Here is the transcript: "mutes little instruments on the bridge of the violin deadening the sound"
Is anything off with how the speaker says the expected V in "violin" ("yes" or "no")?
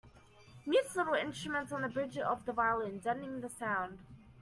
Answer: no